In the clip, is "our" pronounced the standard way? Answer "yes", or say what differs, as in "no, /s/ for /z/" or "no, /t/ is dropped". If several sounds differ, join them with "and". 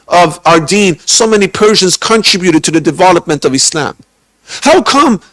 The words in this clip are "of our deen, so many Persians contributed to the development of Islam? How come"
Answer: yes